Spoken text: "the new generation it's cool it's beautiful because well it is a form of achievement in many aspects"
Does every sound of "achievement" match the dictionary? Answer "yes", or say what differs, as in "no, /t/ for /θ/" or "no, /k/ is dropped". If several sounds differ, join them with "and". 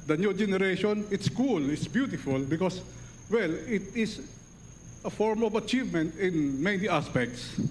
yes